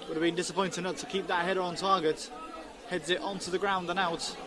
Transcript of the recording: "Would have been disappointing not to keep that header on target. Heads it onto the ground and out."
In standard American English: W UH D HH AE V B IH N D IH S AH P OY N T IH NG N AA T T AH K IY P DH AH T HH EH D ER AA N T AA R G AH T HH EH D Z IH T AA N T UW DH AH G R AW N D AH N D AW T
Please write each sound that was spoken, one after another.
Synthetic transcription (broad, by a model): W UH D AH V B IH N D IH S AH P OY N T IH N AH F T AH K IY P DH AH T HH EH D ER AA N T AA G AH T HH EH D Z IH T AA N T UW DH AH G R AW N D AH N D AW T